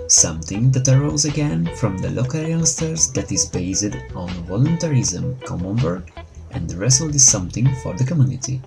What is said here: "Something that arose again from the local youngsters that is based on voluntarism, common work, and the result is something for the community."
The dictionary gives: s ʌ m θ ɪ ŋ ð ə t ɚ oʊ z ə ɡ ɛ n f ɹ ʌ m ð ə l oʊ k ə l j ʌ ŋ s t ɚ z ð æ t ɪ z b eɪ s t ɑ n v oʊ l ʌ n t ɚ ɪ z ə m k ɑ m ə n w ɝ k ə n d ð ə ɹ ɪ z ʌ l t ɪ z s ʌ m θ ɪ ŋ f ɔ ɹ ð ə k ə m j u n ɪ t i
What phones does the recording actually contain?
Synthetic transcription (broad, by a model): s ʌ m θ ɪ ŋ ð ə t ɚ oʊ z ə ɡ ɛ n f ɹ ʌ m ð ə l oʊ k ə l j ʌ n s t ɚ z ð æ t ɪ z b eɪ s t ɑ n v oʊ l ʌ n t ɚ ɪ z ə m k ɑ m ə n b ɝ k ə n d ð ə ɹ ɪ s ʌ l ɪ z s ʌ m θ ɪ ŋ f ɔ ɹ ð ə k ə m j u n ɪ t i